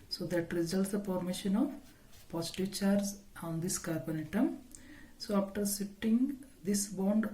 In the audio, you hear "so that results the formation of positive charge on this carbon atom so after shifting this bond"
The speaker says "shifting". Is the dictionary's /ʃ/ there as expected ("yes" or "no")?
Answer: no